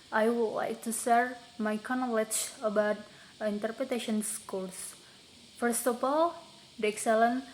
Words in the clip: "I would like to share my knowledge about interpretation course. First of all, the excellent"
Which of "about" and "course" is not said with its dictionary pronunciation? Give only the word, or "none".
course